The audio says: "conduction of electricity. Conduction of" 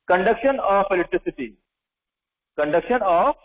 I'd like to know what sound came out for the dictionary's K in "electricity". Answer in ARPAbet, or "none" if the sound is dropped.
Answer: none